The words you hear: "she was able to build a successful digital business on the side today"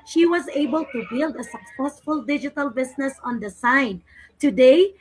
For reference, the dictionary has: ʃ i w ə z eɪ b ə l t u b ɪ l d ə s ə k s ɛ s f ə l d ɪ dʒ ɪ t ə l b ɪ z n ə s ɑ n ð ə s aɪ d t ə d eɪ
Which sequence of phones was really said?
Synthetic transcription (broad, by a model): ʃ i w ə z eɪ b ə l t u b ɪ l d ə s ə k s ɛ s f ə l d ɪ dʒ ɪ t ə l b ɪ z n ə s ɑ n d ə s aɪ d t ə d eɪ